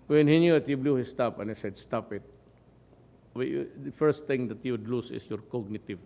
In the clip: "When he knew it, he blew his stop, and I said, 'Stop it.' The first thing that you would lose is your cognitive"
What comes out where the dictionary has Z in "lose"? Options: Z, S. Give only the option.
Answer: S